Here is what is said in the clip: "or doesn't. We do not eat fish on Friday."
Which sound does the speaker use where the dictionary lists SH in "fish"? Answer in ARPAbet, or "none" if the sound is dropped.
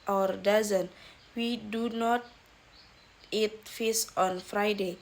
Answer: S